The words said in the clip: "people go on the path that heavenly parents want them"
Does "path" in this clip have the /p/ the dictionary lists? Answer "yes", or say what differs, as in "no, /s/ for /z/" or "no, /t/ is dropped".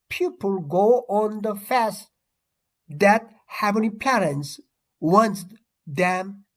no, /f/ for /p/